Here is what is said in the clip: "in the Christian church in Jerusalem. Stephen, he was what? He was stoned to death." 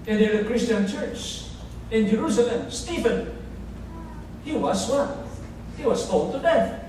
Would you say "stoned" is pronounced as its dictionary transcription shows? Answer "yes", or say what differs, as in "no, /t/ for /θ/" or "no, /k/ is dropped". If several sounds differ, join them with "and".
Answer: no, /l/ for /n/